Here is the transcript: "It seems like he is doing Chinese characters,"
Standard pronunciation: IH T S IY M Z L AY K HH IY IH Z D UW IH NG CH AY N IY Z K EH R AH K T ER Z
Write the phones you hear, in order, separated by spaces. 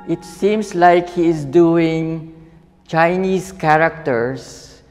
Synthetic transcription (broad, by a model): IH T S IY M S L AY K HH IY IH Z D UW IH NG CH AY N IY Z K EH R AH K T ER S